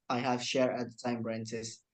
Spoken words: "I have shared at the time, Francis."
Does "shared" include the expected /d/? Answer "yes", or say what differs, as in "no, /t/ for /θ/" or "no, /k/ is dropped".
no, /d/ is dropped